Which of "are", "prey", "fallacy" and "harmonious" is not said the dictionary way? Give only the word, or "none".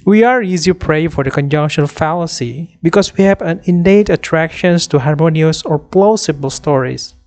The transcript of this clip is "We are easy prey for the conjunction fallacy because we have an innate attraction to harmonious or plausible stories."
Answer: none